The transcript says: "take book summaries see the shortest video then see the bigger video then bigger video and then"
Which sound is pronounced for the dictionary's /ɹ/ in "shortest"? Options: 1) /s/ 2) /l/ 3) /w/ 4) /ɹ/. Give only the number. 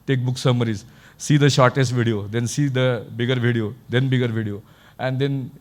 4